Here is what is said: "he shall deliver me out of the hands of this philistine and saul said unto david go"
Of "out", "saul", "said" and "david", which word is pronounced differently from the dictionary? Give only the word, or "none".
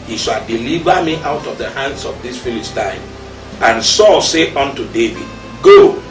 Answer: said